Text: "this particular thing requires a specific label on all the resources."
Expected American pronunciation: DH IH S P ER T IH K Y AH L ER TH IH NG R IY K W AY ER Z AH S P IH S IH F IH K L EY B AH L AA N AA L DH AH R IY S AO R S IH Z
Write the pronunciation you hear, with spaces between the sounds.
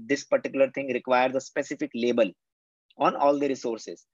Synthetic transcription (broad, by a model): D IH S P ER T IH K Y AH L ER T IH NG R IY K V AY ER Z AH S P IH S IH F IH K L EY B AH L AA N AA L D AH R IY S AO R S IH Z